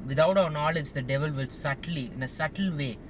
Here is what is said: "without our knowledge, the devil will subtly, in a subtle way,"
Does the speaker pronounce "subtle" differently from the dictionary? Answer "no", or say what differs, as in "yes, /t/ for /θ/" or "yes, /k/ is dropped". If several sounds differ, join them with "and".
no